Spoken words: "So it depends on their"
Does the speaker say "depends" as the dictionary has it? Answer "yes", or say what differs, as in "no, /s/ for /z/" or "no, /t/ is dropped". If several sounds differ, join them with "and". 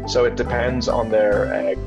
yes